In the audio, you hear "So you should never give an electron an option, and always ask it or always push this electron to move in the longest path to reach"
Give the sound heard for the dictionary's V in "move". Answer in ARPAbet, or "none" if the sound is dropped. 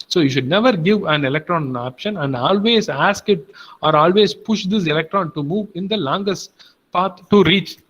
V